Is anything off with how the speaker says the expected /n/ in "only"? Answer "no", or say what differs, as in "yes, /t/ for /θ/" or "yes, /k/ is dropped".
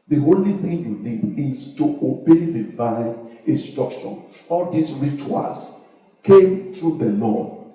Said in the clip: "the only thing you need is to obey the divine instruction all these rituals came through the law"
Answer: yes, /n/ is dropped